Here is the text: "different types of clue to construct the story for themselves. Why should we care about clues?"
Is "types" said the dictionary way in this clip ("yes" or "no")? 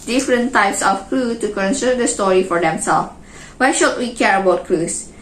yes